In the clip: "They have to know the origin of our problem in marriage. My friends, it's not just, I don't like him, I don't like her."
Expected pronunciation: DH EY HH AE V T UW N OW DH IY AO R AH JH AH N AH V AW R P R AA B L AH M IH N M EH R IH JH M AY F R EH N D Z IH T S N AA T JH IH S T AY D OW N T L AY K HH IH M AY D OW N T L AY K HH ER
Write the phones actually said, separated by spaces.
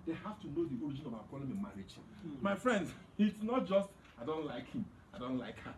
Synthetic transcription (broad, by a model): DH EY HH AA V T UW N OW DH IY AO R AH JH AH N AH B AW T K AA L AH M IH M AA R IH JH M AY F R EH N D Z IH T S N AA T JH IH S T AY D OW N T L AY K HH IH M AY D OW N T L AY K HH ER